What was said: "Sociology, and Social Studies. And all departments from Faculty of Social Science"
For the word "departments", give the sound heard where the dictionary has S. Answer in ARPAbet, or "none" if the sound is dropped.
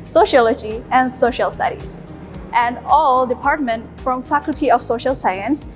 none